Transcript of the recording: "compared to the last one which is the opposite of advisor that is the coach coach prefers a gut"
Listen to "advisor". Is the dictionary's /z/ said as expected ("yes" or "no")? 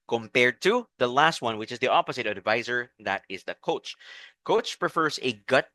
yes